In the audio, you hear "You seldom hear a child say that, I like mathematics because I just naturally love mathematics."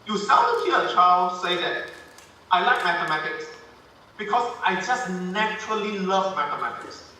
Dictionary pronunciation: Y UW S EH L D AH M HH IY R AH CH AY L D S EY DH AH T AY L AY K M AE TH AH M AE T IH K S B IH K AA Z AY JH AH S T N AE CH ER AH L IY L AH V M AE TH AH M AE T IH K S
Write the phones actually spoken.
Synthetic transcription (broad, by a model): Y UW S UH N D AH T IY AH CH AY L D S EY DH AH T AY L AY K M AE TH AH M AE T IH K S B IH K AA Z AY JH AH S T N AE CH ER AH L IY L AH V M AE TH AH M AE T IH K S